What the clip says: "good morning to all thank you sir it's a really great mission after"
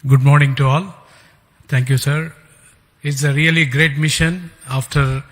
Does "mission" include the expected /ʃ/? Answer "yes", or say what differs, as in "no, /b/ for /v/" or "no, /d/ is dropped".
yes